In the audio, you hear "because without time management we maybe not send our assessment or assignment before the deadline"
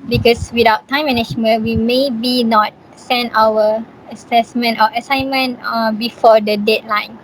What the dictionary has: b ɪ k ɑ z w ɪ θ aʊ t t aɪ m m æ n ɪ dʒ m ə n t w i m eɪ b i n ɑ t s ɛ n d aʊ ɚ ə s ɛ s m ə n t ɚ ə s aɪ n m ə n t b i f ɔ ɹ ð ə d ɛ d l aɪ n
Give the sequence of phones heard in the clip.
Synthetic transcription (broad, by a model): b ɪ k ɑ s w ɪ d aʊ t t aɪ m m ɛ n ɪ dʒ m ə n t w i m eɪ b i n ɑ t s ɛ n aʊ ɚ ə s ɛ s m ə n t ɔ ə s aɪ n m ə n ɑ b i f ɔ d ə d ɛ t l aɪ n